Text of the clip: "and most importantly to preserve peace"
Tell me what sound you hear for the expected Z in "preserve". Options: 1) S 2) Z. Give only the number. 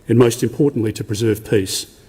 2